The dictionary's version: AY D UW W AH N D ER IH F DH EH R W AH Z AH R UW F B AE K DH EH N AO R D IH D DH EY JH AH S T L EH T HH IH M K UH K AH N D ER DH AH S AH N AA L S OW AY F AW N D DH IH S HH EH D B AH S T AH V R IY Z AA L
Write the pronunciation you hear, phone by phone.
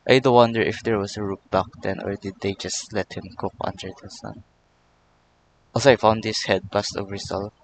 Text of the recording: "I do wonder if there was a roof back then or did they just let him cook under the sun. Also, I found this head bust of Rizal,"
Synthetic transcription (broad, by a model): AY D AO W AH N D ER IH F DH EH R W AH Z AH R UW P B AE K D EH N AO R D IH D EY JH AH S T L EH T HH IH M K UH K AH N D ER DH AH S AH N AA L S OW AY F AW N D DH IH S HH EH D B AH S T AH V R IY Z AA L